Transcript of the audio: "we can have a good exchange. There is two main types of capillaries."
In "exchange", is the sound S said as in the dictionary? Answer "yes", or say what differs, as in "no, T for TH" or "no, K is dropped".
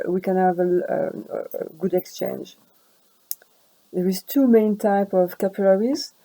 yes